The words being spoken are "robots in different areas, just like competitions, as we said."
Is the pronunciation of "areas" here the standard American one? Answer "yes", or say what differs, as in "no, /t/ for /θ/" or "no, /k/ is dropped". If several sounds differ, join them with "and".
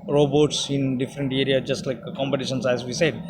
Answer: no, /z/ is dropped